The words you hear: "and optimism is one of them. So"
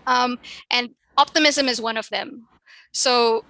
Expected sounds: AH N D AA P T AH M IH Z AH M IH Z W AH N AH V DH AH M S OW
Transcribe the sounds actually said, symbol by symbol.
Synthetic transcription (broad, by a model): AH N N AA P T AH M IH Z AH M IH Z W AH N AH V DH AH M S OW